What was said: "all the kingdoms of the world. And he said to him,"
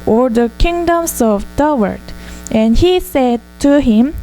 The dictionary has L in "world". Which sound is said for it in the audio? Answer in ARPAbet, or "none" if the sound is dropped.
none